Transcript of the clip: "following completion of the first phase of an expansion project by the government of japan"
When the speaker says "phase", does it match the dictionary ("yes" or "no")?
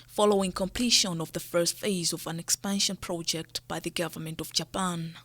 yes